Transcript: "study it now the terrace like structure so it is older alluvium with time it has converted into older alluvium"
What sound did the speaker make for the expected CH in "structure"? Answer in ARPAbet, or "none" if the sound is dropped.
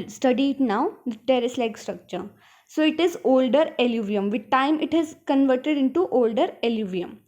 CH